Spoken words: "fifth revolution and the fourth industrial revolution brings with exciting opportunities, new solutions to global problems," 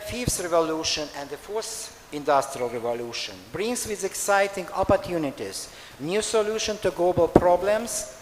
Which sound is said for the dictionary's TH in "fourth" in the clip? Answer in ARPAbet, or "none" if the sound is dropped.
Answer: S